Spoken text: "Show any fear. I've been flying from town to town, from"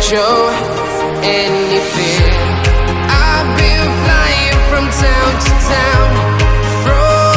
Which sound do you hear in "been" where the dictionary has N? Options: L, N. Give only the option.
L